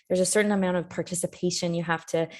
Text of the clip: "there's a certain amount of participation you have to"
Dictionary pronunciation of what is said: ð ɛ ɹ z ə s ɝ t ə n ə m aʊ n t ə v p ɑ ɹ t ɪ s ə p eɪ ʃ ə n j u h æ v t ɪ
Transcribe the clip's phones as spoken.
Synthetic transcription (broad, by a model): ð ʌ ɹ z ə s ɝ t n ə m aʊ n t ə v p ɑ ɹ t ɪ s ə p eɪ ʃ ə n j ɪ h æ f t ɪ